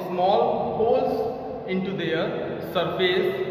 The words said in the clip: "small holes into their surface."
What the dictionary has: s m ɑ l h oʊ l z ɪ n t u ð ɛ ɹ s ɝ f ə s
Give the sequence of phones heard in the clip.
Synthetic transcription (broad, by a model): s m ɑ l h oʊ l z ɪ n t u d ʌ ɹ s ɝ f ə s